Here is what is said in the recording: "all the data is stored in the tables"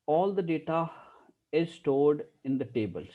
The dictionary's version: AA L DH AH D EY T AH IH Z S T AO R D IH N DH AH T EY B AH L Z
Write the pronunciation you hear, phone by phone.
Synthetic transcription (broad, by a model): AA L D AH D EY T AH IH Z S T AO R D IH N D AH T EY B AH L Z